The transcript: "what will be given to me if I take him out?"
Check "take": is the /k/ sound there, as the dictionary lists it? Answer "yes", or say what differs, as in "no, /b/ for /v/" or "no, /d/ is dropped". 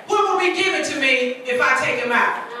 yes